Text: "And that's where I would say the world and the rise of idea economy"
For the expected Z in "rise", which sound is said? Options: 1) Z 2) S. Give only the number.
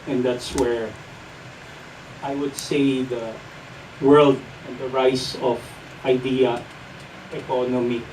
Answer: 2